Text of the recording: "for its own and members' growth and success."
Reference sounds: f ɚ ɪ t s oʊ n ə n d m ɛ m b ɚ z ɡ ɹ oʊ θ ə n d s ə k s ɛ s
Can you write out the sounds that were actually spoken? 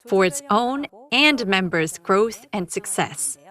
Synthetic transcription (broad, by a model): f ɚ ɪ t s oʊ n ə n m ɛ m b ɚ z ɡ ɹ oʊ θ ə n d s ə k s ɛ s